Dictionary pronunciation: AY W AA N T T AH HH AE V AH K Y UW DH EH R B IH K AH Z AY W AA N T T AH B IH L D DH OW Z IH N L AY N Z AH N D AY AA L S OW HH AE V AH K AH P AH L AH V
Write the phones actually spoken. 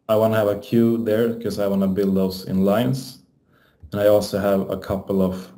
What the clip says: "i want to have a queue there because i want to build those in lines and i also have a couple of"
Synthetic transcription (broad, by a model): AY W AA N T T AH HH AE V AH K Y UW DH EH R K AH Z AY W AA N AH B IH L D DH OW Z IH N L AY N S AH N AY AA L S OW HH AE V AH K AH P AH L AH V